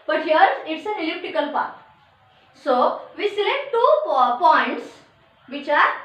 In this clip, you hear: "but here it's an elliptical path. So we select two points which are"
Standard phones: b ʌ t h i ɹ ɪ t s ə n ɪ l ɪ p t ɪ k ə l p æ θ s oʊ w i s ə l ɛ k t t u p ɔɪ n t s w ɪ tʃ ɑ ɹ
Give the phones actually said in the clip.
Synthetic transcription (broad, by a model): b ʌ t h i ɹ ɪ t s ə n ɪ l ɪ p t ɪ k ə l p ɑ t s oʊ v i s ə l ɛ k t t u p ɔɪ n t s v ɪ tʃ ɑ ɹ